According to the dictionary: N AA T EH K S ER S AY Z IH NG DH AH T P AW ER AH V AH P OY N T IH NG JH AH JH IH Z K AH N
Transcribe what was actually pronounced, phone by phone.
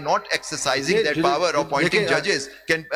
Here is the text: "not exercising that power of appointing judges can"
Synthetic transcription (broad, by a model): N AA T EH K S ER S AY Z IH NG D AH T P AW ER AH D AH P OY T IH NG JH AH JH IH Z K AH N